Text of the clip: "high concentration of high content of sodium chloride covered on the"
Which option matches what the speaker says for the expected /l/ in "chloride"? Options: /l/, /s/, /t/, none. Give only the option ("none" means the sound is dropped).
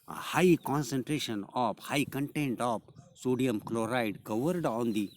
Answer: /l/